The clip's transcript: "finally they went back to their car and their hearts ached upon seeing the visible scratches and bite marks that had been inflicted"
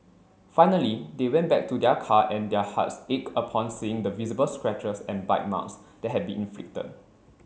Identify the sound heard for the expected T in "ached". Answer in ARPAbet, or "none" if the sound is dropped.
none